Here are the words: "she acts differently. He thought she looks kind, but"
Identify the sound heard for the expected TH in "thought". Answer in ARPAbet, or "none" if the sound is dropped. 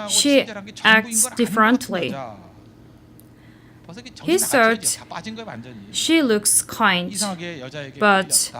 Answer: S